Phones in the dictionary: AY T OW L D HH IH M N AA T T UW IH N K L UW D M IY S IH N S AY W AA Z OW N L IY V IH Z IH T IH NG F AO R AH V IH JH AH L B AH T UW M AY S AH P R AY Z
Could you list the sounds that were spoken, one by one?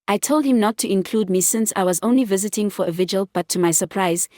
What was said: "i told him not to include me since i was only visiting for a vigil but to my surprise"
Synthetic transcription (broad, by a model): AY T OW L D HH IH M N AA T T UW IH N K L UW D M IY S IH N S AY W AA Z OW N L IY V IH Z IH T IH NG F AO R AH V IH JH AH L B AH T UW M AY S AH P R AY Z